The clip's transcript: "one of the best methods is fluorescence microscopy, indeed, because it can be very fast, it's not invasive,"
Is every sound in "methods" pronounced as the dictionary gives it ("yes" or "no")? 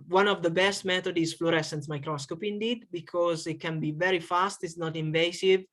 no